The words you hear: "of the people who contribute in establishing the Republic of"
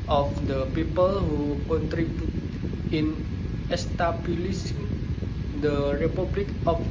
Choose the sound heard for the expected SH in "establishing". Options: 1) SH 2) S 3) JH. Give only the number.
2